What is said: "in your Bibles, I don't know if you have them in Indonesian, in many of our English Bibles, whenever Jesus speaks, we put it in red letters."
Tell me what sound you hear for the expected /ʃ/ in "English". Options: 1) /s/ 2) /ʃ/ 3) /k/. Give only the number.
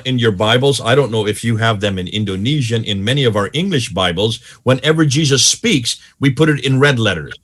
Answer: 2